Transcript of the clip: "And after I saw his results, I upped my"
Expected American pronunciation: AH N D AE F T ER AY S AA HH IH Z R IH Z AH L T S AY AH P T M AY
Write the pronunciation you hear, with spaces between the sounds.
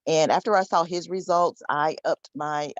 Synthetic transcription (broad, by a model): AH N AE F T ER AY S AA HH IH Z R IH Z AH L T S AY AH P T M AY